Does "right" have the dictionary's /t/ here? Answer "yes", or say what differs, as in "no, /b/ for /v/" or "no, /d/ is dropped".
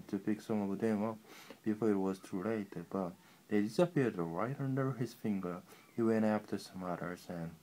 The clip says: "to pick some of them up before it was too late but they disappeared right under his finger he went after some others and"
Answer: yes